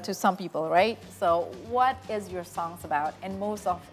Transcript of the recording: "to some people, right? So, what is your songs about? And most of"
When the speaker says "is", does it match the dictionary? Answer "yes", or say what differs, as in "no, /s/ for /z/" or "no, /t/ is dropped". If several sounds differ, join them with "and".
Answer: yes